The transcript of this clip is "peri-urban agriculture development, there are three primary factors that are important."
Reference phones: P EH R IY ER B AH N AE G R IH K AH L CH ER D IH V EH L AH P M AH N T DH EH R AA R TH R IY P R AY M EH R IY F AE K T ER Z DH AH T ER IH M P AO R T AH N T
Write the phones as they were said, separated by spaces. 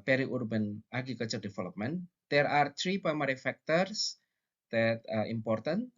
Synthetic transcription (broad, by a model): P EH R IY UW B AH N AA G IH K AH CH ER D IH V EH L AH P M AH N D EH R AA R T R IY P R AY M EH R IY F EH K T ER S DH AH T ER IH M P AO R T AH N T